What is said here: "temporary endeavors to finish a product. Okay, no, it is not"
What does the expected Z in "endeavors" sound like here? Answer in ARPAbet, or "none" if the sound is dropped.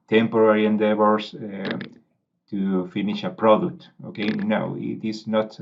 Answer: S